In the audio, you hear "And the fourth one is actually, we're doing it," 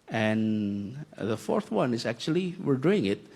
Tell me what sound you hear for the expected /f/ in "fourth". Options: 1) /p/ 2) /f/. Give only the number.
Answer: 2